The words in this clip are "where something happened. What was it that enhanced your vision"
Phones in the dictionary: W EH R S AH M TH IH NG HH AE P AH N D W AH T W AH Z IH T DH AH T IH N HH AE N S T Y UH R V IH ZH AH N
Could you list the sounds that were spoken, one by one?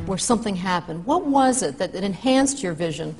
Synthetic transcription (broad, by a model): W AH R S AH M TH IH NG HH AE P AH N D W AH T W AH Z IH T DH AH T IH N HH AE N S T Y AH R V IH ZH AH N